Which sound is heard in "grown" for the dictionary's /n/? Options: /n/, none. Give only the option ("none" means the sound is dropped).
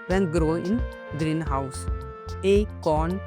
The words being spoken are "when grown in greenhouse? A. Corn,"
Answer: none